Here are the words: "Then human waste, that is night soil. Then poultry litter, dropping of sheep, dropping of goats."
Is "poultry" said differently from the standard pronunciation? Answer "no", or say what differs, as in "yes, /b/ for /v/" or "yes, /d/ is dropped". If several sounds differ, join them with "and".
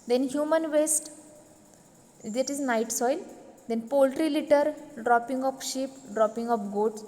no